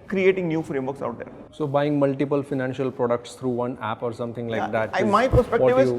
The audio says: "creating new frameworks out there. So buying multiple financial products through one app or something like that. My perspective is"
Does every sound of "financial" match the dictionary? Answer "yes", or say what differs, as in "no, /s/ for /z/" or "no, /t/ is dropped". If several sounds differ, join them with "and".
yes